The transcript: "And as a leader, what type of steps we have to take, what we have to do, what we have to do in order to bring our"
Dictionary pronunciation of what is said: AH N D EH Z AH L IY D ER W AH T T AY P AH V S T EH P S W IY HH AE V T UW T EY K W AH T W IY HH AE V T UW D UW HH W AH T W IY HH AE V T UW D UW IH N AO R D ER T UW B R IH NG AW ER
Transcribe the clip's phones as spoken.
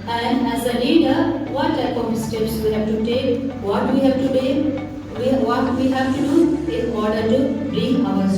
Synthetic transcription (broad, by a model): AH N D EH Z AH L IY D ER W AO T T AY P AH P S T EH P S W IY HH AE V T UW T EY K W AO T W IY HH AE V T UW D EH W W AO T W IY HH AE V T UW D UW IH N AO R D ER T UW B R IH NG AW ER